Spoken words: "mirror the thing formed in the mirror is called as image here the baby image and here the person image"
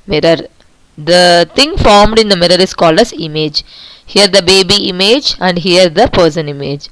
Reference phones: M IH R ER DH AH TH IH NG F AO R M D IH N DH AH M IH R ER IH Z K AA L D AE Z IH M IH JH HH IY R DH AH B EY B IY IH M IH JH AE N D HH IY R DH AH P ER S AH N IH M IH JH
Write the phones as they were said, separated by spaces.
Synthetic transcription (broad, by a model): M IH R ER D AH T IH NG F AO R M D IH N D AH M IH R ER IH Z K AA L D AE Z IH M IH JH HH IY R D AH B EY B IY IH M IH JH AE N D HH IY R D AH P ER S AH N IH M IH JH